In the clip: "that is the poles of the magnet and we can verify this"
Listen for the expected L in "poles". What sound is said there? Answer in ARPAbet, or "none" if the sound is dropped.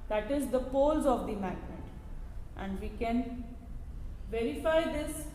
L